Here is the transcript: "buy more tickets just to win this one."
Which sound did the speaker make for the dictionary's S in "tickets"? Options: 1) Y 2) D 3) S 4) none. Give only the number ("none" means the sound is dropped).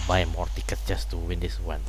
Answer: 4